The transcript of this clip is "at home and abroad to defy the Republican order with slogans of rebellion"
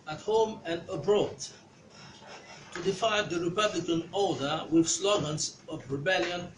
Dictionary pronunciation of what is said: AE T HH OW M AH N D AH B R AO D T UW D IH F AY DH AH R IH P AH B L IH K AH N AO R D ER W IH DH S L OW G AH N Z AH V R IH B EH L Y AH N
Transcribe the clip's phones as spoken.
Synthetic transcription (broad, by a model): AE T HH OW M AH N D AH B R AO D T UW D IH F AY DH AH R IH P AH B L IH K AH N AO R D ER W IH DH S L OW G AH N S AH V R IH B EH L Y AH N